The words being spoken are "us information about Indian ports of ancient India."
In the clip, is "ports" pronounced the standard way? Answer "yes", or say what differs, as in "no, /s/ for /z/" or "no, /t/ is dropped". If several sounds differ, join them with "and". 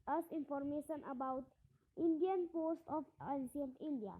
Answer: no, /s/ is dropped